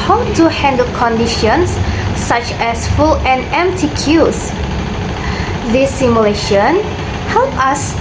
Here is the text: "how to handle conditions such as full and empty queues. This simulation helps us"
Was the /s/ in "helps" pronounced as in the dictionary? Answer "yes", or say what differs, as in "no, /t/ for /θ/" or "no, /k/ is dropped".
no, /s/ is dropped